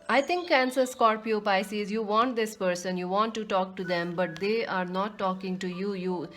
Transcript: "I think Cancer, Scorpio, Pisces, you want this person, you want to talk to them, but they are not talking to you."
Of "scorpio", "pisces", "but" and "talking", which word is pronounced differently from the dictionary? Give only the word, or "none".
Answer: none